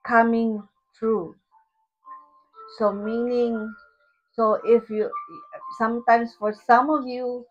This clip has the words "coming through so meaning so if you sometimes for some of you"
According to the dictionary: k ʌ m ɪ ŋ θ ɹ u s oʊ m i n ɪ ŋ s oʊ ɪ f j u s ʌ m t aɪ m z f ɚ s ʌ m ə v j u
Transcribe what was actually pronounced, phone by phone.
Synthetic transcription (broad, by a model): k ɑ m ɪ ŋ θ ɹ u s oʊ m i n ɪ ŋ s oʊ ɪ f j u s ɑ m t aɪ m s f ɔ s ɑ m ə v j u